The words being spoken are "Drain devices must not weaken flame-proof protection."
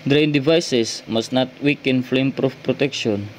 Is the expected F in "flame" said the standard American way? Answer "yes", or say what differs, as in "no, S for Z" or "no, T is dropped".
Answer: yes